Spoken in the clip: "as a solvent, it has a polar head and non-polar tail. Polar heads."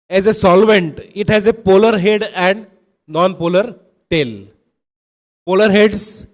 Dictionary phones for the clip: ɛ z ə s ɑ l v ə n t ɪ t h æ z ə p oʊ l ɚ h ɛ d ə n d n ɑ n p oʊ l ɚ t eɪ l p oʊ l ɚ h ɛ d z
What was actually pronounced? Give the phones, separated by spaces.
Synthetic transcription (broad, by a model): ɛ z ə s ɑ l v ə n t ɪ t h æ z ə p oʊ l ɚ h ɛ d ə n d n ɑ n p oʊ l ɚ t eɪ l p oʊ l ɚ h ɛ d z